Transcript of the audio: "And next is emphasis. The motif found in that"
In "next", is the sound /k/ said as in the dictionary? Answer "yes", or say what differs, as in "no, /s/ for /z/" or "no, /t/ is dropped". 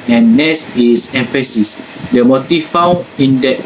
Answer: no, /k/ is dropped